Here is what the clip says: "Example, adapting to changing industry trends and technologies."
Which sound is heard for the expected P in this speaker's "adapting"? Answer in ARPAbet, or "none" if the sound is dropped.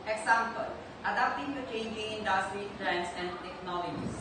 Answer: none